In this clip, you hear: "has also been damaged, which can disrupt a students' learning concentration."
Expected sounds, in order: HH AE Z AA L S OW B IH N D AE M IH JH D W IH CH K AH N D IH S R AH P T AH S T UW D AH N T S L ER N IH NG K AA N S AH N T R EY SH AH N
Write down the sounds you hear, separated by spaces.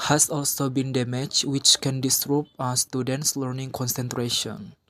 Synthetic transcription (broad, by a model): HH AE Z AA L S OW B IH N D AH M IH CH W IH CH K AH N D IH S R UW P AH S T UW D AH N T S L ER N IH NG K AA N S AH N T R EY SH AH N